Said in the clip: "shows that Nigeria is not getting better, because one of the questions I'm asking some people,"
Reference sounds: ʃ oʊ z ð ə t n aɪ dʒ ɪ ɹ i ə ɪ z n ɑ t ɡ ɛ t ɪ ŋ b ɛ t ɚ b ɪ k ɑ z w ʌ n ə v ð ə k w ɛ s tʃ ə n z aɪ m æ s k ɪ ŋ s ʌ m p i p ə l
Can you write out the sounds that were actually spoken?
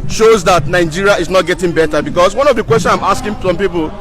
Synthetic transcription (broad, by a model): ʃ oʊ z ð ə t n aɪ dʒ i ɹ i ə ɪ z n ɑ t ɡ ɛ t ɪ ŋ b ɛ t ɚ b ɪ k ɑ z w ʌ n ə v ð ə k w ɛ s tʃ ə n aɪ m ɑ s k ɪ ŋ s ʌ m p i p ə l